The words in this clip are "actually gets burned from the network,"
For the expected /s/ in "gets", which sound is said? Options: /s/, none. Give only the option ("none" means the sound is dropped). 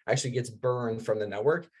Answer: /s/